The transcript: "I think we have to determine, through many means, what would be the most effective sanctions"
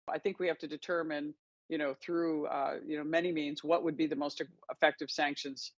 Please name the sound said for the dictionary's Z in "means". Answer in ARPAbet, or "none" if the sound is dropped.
Z